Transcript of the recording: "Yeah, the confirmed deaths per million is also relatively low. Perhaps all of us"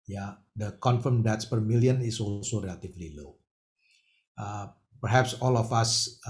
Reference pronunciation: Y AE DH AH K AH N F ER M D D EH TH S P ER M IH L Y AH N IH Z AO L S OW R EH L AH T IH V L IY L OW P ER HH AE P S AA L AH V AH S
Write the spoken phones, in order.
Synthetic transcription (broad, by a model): Y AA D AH K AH N F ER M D D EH T S P ER M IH L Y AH N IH S AO L S OW R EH L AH T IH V L IY L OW P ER HH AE P S AA L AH F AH S